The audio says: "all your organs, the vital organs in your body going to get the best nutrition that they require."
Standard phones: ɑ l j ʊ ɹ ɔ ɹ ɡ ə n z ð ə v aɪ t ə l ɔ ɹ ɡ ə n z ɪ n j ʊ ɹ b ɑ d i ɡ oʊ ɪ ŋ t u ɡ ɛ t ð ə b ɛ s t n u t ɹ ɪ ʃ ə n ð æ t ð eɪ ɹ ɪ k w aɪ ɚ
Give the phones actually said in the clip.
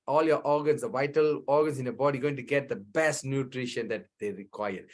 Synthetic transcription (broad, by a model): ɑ l j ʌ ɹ ɔ ɹ ɡ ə n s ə v aɪ t ə l ɔ ɹ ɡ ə n s ɪ n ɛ b ɑ d i ɡ oʊ ɪ ŋ t u ɡ ɛ t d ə b ɛ s t n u t ɹ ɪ ʃ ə n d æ t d eɪ ɹ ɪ k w aɪ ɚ